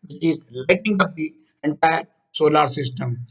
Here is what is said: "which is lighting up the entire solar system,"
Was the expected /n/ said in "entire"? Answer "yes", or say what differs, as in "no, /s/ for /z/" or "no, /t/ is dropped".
yes